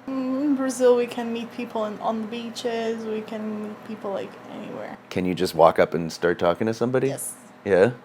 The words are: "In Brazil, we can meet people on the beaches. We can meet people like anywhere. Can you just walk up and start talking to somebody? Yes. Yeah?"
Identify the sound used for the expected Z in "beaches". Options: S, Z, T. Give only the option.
Z